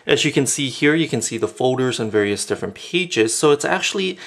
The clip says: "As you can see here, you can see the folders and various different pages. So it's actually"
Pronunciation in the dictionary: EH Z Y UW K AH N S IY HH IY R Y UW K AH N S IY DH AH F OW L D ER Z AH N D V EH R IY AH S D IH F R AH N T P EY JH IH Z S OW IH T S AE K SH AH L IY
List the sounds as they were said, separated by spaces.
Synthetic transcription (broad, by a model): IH Z Y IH K AH N S IY HH IY R Y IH K AH N S IY DH AH F OW L D ER Z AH N V EH R IY AH S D IH F R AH N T P EY JH IH Z S OW IH T S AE K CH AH L IY